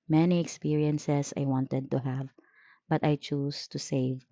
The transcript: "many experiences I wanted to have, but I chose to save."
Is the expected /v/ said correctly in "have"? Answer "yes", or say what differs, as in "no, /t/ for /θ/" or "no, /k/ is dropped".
yes